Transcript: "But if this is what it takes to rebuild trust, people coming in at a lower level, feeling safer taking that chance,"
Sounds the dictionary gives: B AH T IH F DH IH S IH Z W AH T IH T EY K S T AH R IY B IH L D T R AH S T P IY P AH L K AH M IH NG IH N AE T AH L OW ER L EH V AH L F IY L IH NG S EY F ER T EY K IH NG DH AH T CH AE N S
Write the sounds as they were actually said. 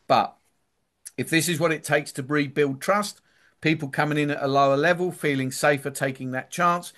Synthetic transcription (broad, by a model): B AH T IH F DH IH S IH Z W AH T IH T EY K S T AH R IY B IH L D T R AH S T P IY P AH L K AH M IH NG IH N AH T AH L OW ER L EH V AH L F IY L IH NG S EY F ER T EY K IH NG DH AH T CH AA N S